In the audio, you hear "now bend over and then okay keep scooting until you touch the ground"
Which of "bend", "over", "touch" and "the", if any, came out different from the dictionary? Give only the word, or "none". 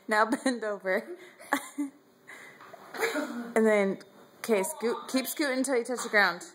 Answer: none